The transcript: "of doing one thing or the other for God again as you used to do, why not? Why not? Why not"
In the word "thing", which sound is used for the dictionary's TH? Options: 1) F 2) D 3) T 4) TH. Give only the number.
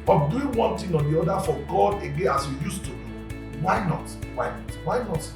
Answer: 3